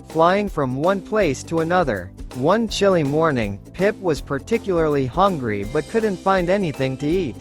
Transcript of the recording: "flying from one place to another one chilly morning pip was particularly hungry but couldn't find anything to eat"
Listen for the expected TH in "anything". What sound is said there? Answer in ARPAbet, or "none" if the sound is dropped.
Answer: TH